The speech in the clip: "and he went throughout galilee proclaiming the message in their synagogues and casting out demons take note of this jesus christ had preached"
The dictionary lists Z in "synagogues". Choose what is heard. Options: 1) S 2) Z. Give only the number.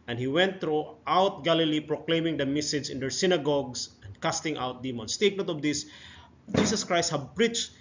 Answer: 1